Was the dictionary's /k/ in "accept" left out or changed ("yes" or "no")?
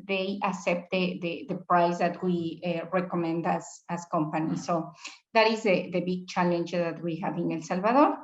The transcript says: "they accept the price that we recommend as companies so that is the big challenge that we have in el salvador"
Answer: yes